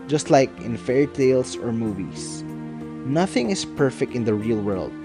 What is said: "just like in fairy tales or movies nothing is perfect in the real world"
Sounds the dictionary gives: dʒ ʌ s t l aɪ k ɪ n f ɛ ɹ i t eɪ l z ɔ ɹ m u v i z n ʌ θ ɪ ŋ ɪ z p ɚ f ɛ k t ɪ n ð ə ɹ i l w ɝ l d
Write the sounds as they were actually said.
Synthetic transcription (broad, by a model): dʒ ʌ s t l aɪ k ɪ n f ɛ ɹ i t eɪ l s ɔ ɹ m u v i s n ʌ θ ɪ ŋ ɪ s p ɚ f ɛ k t ɪ n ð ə ɹ i l w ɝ l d